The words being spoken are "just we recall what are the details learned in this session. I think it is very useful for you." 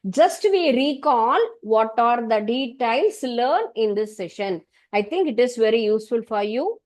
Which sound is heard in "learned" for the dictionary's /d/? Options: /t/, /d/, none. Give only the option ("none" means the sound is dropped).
none